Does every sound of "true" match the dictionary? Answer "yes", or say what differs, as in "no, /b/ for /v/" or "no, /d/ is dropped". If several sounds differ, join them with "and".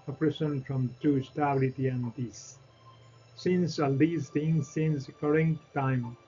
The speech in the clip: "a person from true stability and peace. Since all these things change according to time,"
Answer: no, /ɹ/ is dropped